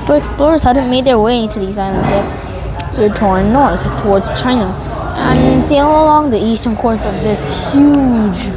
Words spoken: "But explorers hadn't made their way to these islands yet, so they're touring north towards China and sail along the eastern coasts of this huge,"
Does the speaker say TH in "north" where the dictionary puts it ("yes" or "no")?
yes